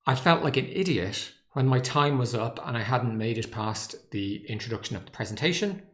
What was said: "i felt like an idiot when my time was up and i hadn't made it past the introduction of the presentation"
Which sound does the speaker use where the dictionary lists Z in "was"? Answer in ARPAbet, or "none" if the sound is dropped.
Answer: Z